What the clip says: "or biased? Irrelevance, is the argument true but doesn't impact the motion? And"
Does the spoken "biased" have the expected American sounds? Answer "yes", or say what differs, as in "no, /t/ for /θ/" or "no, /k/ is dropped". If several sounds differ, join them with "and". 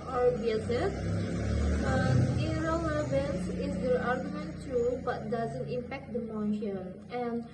no, /t/ is dropped